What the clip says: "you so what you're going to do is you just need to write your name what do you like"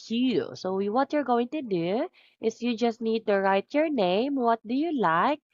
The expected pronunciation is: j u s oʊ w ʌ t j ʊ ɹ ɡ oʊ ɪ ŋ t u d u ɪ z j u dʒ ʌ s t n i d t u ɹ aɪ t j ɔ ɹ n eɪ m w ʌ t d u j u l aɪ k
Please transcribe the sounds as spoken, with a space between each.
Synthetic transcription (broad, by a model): j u s oʊ w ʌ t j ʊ ɹ ɡ oʊ ɪ ŋ t u d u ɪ s j u dʒ ʌ s t n i d t u ɹ aɪ t j ɔ ɹ n eɪ m w ʌ t d u j u l aɪ k